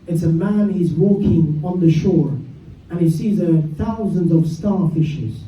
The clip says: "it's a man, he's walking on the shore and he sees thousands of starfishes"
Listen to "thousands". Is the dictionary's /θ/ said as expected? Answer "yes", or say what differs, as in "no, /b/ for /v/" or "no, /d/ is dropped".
yes